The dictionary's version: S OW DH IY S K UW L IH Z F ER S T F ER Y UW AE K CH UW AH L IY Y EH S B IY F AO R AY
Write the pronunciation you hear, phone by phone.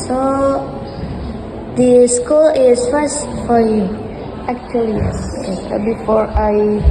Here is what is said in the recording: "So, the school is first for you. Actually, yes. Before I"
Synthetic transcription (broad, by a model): S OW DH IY S K UW L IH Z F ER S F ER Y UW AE K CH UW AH L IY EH B IY F AO R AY